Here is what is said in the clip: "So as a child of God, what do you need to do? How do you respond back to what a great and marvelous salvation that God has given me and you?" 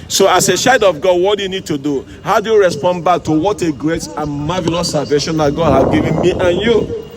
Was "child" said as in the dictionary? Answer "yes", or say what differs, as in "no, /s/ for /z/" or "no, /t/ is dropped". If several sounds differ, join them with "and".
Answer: no, /l/ is dropped